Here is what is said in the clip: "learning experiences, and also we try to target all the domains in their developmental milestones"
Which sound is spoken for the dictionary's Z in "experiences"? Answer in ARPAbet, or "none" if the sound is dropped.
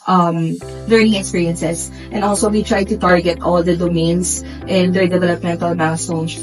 S